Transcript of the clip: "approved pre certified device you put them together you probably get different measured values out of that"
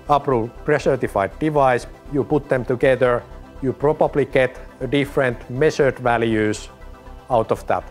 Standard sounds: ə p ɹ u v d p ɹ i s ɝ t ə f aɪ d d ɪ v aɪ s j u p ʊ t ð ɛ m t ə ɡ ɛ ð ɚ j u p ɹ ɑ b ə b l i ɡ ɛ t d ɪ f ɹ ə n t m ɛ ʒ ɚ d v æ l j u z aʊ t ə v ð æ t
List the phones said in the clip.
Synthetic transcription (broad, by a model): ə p ɹ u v p ɹ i s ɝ t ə f aɪ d d ɪ v aɪ s j u p ʊ t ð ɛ m t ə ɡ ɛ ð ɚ j u p ɹ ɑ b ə b l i ɡ ɛ t d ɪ f ɹ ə n t m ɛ s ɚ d v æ l j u s aʊ t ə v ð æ t